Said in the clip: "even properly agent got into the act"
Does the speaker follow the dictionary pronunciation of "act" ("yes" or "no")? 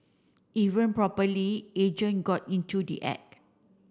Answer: no